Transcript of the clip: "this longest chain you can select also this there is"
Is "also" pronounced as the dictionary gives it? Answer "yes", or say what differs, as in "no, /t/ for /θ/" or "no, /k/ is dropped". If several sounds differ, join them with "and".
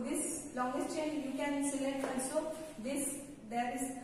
no, /n/ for /l/